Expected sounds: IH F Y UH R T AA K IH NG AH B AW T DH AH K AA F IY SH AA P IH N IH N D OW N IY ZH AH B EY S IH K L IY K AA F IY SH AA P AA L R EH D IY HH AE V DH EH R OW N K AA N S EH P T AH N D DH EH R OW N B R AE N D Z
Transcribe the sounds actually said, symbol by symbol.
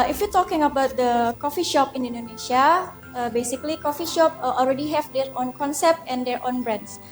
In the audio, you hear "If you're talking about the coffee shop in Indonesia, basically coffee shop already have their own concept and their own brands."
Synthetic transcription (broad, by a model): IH F Y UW T AA K IH NG AH B AW T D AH K AA F IY SH AA P IH N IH N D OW N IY SH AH B EY S IH K L IY K AA F IY SH AA P AA L R EH D IY HH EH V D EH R OW N K AA N S EH P T AH N D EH R OW N B R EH N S